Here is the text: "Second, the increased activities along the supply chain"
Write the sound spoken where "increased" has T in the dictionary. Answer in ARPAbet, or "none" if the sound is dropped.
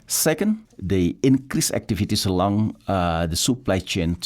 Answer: none